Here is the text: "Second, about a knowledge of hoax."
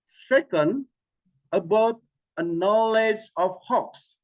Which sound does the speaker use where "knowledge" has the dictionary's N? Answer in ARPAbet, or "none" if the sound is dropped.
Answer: N